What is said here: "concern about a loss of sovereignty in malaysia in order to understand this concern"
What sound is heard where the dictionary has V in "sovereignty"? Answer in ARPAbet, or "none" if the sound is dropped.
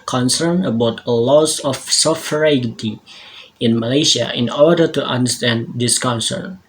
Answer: F